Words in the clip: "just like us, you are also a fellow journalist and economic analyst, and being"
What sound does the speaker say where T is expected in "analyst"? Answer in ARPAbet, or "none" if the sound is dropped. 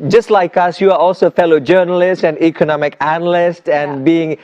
T